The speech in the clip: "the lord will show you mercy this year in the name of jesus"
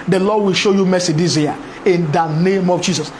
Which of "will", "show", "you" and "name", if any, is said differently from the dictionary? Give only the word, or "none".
none